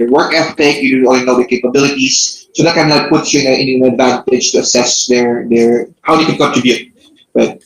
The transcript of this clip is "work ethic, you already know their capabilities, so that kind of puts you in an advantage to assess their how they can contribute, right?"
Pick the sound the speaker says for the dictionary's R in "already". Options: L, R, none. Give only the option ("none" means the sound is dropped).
none